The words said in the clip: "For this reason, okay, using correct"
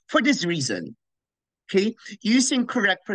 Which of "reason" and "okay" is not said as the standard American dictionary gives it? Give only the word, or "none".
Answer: none